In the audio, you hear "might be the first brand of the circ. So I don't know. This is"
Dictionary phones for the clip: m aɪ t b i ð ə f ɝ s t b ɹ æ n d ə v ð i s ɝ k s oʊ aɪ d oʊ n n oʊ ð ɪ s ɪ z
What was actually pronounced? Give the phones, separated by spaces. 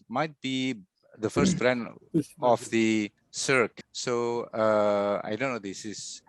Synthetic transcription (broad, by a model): m aɪ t b i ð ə f ɝ s t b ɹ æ n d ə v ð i s ɝ k s oʊ aɪ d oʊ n n oʊ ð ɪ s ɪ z